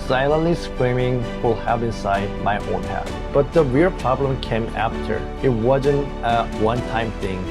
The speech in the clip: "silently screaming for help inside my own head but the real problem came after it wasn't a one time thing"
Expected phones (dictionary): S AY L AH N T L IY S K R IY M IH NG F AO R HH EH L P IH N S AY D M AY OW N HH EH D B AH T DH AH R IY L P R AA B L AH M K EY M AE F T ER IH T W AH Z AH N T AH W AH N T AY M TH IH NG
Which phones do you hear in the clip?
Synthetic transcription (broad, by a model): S AY L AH N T L IY S K R IY M IH NG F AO L HH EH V IH N S AY D M AY OW N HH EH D B AH T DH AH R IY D P R AA B L AH M K EY M AE F T ER IH T W AH Z AH N T AH W AH N T AY M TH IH NG